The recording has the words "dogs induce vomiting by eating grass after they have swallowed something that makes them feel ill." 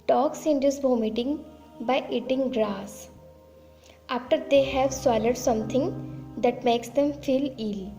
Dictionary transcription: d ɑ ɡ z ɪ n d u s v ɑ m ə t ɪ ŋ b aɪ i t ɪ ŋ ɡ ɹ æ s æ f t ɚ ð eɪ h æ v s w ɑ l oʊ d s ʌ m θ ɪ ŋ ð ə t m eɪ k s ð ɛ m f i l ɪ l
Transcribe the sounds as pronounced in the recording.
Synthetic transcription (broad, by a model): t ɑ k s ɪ n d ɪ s b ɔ m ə t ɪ ŋ b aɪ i t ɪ ŋ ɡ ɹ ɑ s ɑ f t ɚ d eɪ h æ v s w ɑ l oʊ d s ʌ m t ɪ ŋ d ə t m eɪ k s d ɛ m f i l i l